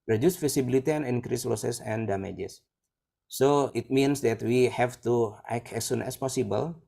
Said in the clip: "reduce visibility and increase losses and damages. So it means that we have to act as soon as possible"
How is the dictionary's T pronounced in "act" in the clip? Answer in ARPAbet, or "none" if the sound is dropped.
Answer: none